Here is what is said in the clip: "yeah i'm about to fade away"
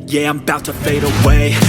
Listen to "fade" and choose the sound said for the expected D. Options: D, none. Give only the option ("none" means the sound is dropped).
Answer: D